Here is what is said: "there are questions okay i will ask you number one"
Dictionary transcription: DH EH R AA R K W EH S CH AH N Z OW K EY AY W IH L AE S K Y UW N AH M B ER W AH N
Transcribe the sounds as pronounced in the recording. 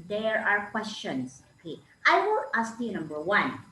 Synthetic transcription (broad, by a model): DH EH R AA R K W EH S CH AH N S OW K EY AY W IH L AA S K Y UW N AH M B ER W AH N